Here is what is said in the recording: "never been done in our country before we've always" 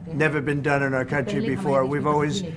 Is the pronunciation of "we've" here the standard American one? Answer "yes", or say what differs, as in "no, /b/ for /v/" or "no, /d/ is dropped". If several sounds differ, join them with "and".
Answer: yes